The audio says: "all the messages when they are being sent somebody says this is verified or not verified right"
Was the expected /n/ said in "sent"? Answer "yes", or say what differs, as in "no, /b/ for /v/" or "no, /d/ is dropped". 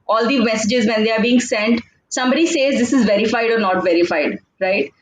yes